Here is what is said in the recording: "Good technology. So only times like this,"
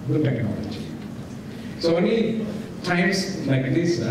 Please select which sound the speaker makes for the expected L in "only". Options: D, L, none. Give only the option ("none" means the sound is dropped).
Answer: none